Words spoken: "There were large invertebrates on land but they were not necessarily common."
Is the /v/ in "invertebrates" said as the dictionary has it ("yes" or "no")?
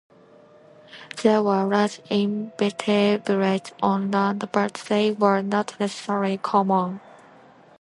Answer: no